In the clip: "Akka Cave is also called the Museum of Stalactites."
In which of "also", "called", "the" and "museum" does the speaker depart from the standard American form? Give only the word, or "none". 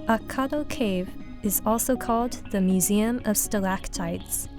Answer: none